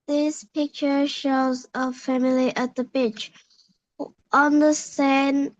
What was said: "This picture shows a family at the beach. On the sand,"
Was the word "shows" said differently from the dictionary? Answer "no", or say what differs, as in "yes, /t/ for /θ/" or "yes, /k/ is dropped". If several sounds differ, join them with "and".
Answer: no